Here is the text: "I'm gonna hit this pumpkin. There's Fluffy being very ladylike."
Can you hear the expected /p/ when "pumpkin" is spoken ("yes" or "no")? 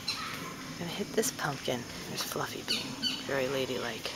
yes